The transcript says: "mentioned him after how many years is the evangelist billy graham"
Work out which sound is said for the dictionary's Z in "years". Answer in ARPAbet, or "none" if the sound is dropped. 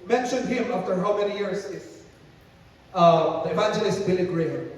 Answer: S